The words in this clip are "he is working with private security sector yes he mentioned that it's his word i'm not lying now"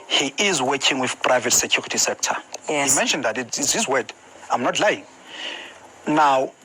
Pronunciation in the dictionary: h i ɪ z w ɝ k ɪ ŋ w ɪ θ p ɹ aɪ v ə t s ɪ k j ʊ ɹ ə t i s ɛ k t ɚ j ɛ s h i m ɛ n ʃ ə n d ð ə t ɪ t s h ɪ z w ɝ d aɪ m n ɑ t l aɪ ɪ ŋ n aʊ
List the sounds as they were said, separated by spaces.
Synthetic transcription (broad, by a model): h i ɪ z w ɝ k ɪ ŋ w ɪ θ p ɹ aɪ v ə t s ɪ k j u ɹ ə t i s ɛ k t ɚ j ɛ h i m ɛ n ʃ ə n d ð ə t ɪ t s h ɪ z w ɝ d aɪ m n ɑ t l aɪ ɪ ŋ n aʊ